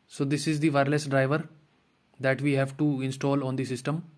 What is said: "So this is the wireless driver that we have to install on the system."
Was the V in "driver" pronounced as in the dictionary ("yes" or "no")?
yes